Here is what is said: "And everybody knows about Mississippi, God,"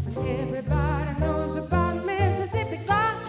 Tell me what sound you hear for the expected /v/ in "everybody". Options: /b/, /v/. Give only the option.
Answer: /v/